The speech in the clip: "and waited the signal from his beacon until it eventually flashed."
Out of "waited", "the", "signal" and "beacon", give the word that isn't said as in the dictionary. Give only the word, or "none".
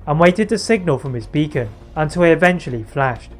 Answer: none